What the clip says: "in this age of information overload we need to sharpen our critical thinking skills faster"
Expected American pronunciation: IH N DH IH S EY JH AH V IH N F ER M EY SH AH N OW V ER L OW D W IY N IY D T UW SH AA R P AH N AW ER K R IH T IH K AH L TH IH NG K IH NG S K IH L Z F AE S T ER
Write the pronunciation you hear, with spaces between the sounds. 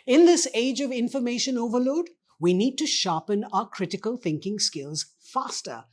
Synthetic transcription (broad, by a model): IH N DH IH S EY JH AH V IH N F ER M EY SH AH N OW V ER L OW D W IY N IY D T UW SH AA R P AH N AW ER K R IH T IH K AH L TH IH NG K IH NG S K IH L Z F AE S T ER